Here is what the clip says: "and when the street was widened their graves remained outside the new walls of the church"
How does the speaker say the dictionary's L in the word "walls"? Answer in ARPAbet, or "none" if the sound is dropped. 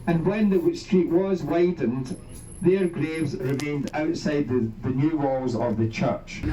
L